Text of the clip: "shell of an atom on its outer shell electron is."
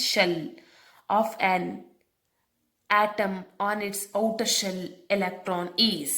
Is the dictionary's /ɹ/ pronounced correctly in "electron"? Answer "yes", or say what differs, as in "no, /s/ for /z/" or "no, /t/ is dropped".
yes